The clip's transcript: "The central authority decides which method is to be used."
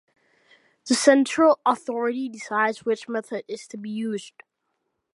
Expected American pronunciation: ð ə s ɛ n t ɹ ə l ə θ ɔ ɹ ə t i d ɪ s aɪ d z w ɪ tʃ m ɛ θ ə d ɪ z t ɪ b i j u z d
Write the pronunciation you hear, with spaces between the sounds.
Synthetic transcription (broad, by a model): ð ə s ɛ n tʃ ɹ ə l ə θ ɔ ɹ ə t i d ɪ s aɪ d z w ɪ tʃ m ɛ θ ə d ɪ z t ɪ b i j u z d